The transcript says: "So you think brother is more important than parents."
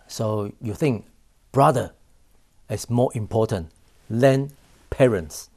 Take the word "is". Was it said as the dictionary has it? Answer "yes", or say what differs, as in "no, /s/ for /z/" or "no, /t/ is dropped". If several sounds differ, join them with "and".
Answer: no, /s/ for /z/